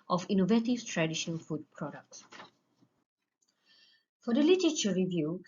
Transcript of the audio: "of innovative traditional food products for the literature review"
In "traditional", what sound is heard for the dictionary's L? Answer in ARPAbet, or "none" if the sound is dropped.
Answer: N